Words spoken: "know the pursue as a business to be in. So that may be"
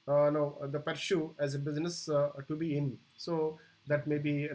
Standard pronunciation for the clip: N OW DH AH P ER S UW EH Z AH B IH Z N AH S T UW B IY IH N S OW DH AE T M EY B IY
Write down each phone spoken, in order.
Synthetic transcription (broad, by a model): N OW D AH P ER SH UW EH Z AH B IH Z N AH S T UW B IY IH N S OW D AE T M EY B IY